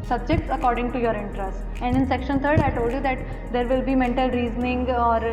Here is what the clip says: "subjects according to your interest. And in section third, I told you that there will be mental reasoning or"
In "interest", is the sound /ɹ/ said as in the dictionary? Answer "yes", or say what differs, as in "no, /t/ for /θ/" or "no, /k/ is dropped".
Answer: yes